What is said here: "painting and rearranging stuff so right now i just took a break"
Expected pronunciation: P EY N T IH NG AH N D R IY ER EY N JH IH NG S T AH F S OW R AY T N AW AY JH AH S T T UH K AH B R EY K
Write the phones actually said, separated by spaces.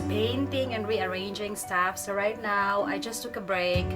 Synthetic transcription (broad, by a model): P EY N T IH NG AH N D R IY ER EY N JH IH NG S T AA F S OW R AY T N AW AY JH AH S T T UH K AH B R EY K